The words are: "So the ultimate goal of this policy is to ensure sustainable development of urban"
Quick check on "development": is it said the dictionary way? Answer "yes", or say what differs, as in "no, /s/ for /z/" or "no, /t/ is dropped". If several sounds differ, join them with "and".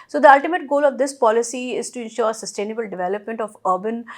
yes